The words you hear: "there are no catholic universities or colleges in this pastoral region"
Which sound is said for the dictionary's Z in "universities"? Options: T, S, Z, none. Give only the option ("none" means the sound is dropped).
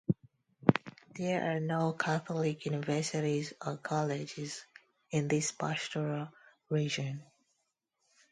Z